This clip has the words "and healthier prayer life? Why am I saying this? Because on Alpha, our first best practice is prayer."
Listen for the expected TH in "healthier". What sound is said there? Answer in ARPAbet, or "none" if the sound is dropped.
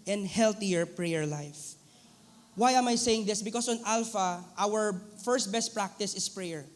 T